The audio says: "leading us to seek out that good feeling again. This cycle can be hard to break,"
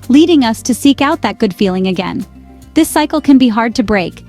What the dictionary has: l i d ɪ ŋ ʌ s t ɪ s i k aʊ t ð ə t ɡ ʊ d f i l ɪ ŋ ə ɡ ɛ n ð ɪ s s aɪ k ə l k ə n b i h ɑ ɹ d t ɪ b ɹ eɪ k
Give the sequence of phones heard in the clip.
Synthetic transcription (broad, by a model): l i d ɪ ŋ ʌ s t ɪ s i k aʊ t ð ə t ɡ ʊ d f i l ɪ ŋ ə ɡ ɛ n ð ɪ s s aɪ k l k ə n b i h ɑ ɹ d t ɪ b ɹ eɪ k